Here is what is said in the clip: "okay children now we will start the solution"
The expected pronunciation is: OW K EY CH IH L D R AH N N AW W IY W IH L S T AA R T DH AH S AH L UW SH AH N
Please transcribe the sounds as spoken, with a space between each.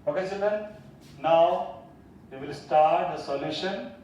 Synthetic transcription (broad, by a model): OW K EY S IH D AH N N AW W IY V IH L S T AA R T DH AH S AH L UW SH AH N